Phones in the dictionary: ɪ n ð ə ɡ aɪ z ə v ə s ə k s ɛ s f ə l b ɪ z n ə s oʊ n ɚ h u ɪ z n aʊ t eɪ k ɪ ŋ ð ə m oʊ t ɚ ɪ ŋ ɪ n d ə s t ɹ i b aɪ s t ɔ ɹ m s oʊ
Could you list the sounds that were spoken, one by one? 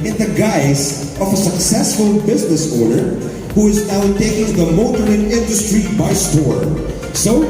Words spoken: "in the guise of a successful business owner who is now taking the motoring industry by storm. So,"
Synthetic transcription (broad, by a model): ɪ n ð ə ɡ aɪ z ə v ə s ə k s ɛ s f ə l b ɪ z n ə s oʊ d ɚ h u ɪ z n aʊ t eɪ k ɪ ŋ ð ə m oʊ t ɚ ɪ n ɪ n d ə s t ɹ i b aɪ s t ɔ ɹ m s oʊ